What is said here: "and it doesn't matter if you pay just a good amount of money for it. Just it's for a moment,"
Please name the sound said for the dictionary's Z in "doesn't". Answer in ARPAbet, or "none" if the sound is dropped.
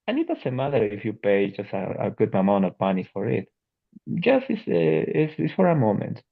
S